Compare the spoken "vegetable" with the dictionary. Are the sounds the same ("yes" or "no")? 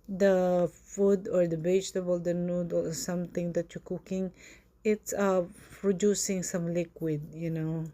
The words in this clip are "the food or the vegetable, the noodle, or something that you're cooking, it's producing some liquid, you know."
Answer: no